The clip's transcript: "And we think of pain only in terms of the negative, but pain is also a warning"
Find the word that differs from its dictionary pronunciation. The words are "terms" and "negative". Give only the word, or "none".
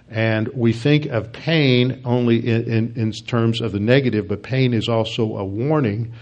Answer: none